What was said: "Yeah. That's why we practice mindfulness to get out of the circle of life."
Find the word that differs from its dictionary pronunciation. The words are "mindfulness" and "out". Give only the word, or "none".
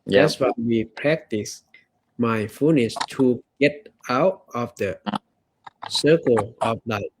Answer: mindfulness